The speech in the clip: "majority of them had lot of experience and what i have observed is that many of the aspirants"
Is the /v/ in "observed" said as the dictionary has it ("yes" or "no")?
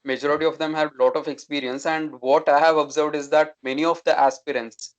yes